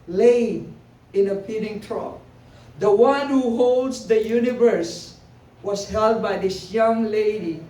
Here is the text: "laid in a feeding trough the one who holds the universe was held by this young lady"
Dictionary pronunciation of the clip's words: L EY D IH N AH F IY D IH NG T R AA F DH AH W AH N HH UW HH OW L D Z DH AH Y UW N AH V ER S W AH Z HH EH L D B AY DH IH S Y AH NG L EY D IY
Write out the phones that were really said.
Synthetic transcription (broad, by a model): L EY IH N AH P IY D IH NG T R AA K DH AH W AH N HH UW HH OW L D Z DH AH Y UW N AH V ER S W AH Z HH EH L D B AY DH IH S Y AH NG L EY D IY